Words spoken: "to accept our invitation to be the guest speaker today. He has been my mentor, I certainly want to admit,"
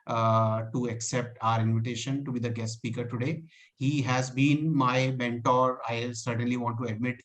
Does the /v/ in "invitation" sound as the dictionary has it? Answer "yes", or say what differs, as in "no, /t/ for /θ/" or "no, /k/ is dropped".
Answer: yes